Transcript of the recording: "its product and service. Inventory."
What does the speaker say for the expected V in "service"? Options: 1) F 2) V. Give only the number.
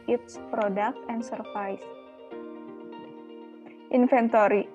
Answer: 1